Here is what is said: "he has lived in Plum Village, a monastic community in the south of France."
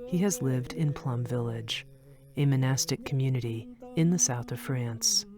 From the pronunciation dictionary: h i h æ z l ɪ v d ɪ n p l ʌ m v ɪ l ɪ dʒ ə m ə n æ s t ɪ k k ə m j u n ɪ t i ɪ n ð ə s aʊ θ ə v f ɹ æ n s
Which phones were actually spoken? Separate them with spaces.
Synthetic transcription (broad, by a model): h i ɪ z l ɪ v d ɪ n p l ʌ m v ɪ l ɪ dʒ ə m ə n æ s t ɪ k k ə m j u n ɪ t i ɪ n ð ə s aʊ θ ə v f ɹ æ n s